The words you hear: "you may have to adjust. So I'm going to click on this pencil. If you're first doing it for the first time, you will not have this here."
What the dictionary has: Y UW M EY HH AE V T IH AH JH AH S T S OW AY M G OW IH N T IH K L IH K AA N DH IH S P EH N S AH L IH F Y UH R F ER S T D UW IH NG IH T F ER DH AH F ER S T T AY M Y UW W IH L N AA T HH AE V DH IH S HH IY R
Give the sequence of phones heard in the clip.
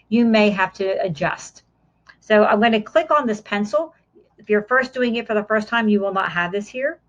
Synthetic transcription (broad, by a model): Y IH M EY HH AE F T IH AH JH AH S T S OW AY M G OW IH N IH K L IH K N DH IH S P EH N S L IH F Y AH R F ER S D UW IH NG IH T F ER DH AH F ER S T T AY M Y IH W IH L N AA T HH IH V DH IH S HH IY R